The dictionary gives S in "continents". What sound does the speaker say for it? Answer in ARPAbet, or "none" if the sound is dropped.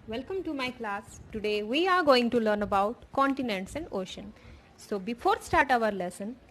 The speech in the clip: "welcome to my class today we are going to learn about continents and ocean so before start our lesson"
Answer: S